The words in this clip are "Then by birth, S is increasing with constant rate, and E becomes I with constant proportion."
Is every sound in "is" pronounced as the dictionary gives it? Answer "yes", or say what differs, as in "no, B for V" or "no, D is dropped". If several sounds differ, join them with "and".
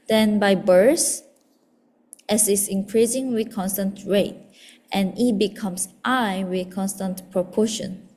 no, S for Z